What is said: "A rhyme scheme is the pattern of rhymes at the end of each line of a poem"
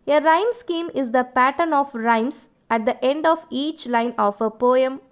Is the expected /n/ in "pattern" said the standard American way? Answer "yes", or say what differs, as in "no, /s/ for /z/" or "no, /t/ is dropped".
yes